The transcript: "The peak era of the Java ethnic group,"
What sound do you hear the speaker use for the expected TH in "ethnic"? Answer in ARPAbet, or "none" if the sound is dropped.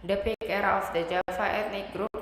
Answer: T